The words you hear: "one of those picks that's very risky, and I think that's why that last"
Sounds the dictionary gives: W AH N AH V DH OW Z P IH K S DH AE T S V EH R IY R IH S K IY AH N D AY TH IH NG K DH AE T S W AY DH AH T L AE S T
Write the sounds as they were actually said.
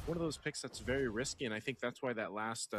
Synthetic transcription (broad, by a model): W AH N AH V DH OW Z P IH K S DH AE T S V EH R IY R IH S K IY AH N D AY TH IH NG K DH AE T S W AY DH AH T L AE S T